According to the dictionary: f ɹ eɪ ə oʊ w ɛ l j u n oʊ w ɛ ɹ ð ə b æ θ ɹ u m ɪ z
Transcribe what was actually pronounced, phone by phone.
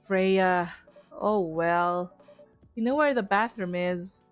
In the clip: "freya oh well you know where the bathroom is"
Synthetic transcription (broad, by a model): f ɹ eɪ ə oʊ w ɛ l j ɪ n oʊ w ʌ ɹ ð ə b æ θ ɹ u m ɪ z